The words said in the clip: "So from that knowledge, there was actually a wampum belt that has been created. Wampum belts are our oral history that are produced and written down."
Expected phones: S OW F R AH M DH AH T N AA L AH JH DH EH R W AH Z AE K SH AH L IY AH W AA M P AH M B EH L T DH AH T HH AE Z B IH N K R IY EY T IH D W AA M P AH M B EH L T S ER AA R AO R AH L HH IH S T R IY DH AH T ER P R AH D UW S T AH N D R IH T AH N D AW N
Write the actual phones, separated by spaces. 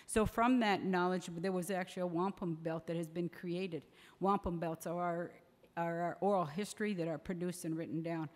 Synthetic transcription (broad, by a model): S OW F R AH M DH AH T N AA L AH JH DH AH R W AH Z AE K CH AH L IY AH W AA M P AH M B EH L T DH AH T HH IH Z B IH N K R IY EY T IH D W AA M P AH M B EH L T S ER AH R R R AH L HH IH S T R IY DH AH T ER P R AH D UW S T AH N R IH T N D AW N